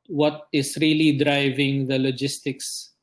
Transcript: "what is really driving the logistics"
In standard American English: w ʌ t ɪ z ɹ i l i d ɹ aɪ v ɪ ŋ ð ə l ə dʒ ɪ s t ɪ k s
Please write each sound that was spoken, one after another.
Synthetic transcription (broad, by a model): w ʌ t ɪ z ɹ i l i d ɹ aɪ v ɪ ŋ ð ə l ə dʒ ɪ s t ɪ k s